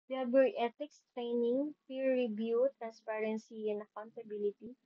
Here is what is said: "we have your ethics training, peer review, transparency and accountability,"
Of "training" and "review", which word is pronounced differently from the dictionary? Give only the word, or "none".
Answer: review